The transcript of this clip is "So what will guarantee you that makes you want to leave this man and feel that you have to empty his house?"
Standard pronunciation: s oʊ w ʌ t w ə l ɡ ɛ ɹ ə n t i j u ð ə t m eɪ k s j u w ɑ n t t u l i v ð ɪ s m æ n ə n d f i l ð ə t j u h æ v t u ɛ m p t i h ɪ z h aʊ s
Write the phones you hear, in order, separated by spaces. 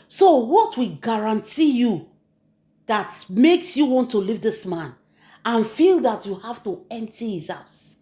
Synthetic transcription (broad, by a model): s oʊ w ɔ t w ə ɡ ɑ ɹ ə n t i j u ð ə t m eɪ k s j u w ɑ n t t u l i v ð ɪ s m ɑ n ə n f i l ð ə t j u h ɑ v t u ɛ m p t i h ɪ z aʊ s